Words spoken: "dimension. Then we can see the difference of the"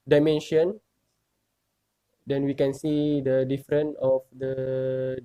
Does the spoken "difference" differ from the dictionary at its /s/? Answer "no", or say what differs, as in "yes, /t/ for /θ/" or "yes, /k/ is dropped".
yes, /s/ is dropped